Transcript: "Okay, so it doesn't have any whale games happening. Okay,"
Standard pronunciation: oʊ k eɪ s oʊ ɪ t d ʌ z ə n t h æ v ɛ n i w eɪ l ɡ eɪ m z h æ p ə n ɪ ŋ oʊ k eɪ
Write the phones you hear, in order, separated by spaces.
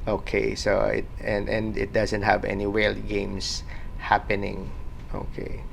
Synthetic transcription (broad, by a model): oʊ k eɪ s oʊ ɪ t d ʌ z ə n t h æ v ɛ n i w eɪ l ɡ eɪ m s h æ p ə n ɪ ŋ oʊ k eɪ